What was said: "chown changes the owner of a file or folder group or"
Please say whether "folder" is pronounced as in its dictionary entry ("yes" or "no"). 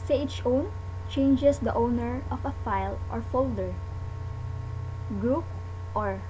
yes